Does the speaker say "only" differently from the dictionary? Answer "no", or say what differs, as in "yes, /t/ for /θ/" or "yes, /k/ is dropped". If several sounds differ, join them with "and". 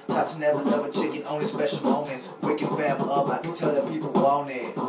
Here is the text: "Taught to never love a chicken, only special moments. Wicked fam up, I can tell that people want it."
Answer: no